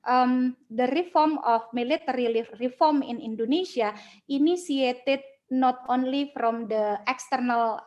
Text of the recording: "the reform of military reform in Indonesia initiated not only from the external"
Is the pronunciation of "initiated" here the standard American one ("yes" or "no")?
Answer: no